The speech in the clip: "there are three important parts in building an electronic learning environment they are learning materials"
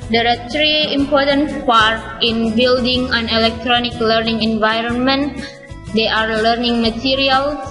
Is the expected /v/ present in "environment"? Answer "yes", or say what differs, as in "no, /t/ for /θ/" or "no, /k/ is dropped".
yes